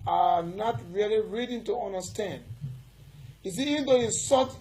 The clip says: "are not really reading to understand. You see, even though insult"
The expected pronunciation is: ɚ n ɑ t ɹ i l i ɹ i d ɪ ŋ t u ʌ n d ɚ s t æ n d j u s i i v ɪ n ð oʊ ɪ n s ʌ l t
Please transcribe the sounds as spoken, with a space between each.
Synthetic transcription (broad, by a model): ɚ n ɑ t ɹ i l i ɹ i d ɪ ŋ t u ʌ n d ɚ s t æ n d j u s i i v ɪ n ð oʊ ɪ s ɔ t